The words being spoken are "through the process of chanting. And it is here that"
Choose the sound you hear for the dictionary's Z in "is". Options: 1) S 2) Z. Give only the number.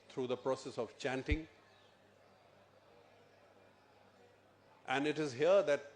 2